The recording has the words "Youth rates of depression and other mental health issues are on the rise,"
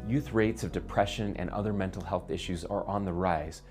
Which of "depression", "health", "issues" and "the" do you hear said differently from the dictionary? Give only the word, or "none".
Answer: none